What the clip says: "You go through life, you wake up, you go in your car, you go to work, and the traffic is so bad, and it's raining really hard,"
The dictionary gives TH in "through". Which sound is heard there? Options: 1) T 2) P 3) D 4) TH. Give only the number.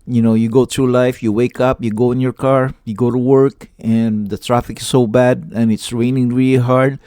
1